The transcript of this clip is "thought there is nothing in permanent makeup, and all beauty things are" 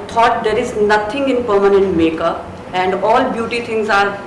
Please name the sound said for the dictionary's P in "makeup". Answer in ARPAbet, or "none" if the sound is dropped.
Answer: none